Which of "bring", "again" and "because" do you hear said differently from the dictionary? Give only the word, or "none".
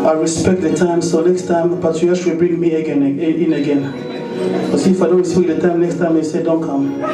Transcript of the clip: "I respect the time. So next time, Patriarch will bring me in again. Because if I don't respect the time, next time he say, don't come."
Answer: because